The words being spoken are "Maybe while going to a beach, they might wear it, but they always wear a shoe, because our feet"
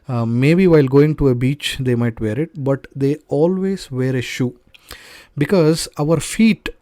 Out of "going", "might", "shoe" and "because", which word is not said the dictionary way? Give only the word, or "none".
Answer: none